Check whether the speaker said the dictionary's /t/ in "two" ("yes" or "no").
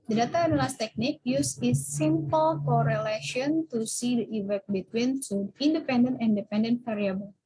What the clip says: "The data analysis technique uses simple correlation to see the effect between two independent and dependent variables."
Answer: no